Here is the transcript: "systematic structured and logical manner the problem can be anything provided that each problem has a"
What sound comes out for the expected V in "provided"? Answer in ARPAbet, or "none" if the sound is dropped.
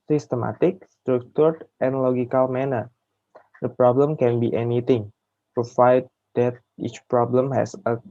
F